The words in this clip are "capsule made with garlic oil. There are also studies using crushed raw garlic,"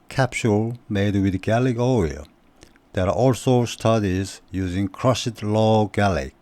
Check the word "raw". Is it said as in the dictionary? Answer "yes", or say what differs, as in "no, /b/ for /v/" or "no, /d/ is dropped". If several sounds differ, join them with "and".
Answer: no, /l/ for /ɹ/